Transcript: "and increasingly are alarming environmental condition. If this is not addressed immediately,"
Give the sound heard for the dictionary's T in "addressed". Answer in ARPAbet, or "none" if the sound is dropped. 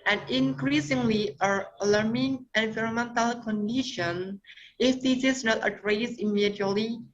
none